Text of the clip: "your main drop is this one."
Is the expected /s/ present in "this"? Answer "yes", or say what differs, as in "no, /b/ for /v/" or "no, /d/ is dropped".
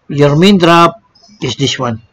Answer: no, /ʃ/ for /s/